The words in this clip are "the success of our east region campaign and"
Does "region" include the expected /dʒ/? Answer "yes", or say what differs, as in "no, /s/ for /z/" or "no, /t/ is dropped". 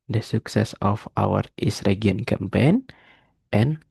no, /dʒ/ is dropped